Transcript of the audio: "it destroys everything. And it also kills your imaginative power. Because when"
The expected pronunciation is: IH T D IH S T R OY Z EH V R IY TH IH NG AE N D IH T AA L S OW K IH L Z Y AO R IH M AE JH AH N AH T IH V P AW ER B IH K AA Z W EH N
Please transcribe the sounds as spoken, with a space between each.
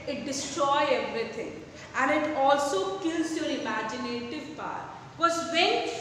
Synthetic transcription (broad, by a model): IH T D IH S T R OY EH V R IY T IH NG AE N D IH T AA L S OW K IH L Z Y AO R IH M AE JH AH N AH T IH V P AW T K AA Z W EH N